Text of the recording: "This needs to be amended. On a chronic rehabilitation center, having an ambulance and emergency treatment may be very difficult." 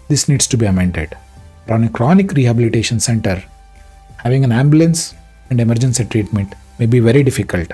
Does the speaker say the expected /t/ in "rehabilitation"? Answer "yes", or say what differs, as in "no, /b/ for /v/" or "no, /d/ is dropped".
yes